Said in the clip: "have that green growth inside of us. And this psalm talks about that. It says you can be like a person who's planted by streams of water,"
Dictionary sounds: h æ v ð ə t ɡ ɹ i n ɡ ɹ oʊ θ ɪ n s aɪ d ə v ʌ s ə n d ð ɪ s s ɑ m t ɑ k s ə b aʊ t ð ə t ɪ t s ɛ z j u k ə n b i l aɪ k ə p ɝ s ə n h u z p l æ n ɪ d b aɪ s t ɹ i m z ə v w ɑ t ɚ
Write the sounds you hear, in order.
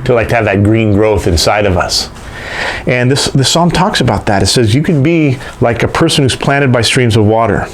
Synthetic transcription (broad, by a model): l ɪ v ð ə t ɡ ɹ i n ɡ ɹ oʊ θ ɪ n s aɪ d ə v ʌ s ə n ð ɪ s s ɑ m t ɑ k s ə b aʊ t ð ə t ɪ t s ɛ z j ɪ k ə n b i l aɪ k ə p ɝ s ə n h u z p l æ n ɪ d b aɪ s t ɹ i m z ə v w ɑ t ɚ